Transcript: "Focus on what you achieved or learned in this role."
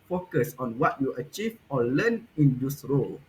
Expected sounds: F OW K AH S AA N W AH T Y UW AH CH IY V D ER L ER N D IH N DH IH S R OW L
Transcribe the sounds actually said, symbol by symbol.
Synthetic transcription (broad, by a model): F OW K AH S AA N W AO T Y UW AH CH IY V AO L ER N IH N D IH S R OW L